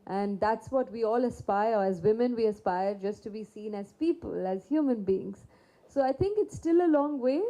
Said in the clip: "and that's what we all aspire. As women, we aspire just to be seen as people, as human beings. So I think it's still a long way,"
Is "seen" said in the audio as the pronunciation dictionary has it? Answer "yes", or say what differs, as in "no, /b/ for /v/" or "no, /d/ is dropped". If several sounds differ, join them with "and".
yes